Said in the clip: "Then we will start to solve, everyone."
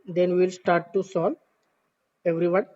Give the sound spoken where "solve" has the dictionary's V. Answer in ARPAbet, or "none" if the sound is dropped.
none